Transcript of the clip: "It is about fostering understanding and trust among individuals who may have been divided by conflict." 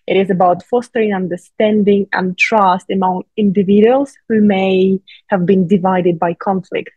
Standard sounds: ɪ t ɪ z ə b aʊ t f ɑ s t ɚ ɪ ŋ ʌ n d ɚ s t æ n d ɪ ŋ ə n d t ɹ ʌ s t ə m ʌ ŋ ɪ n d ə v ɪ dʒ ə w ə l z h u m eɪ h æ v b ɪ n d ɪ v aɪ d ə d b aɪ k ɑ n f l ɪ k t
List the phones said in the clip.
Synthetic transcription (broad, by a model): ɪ t ɪ z ə b aʊ t f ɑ s t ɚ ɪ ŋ ʌ n d ɚ s t æ n d ɪ ŋ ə n t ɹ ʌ s t ə m ʌ ŋ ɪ n d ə v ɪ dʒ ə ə l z h u m eɪ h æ v b ɪ n d ɪ v aɪ d ə d b aɪ k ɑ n f l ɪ k t